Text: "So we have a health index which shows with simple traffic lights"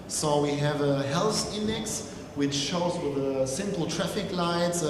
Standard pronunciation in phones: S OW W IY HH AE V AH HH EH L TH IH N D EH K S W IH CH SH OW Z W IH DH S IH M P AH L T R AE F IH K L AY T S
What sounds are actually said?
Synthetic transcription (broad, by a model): S OW W IY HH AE V AH HH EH L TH IH N D EH K S W IH CH SH OW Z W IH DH S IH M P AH L T R AE F IH K L AY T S